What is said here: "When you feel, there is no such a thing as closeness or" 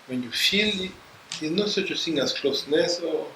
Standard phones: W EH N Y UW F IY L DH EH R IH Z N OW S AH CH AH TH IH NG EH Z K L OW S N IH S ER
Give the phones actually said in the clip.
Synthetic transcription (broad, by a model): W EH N Y UW F IY L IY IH N OW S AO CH AH S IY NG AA S K L OW S N IH S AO